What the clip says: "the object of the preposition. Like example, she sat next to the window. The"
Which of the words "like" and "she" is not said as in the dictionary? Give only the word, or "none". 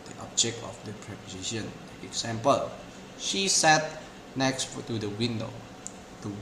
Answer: like